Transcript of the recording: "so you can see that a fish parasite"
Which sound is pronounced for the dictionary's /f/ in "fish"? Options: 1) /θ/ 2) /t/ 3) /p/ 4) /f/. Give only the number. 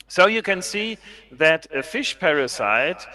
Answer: 4